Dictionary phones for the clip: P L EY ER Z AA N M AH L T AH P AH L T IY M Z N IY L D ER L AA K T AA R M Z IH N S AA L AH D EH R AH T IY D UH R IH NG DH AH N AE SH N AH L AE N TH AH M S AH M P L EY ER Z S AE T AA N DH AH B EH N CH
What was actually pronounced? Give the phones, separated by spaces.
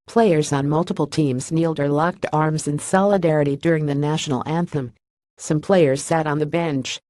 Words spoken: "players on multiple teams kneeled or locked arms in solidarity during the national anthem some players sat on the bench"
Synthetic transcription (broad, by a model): P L EY ER Z N M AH L T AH P L T IY M Z N IY L D ER L AA K T AA R M Z IH N S AA L AH D EH R AH T IY D UH R IH NG DH AH N AE SH N L AE N TH AH M S AH M P L EY ER Z S AE T N DH AH B EH N CH